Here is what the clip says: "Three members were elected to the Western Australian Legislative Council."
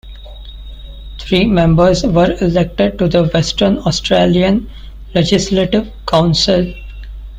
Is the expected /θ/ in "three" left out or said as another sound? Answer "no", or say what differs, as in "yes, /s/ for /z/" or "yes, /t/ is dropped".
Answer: yes, /t/ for /θ/